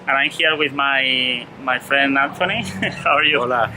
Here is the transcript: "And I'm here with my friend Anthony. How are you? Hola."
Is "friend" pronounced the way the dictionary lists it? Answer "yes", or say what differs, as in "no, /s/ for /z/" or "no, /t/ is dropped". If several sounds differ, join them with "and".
yes